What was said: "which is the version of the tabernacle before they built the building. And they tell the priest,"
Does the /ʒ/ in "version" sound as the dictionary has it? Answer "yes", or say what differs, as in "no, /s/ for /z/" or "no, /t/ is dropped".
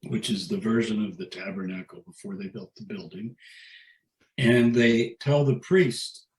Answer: yes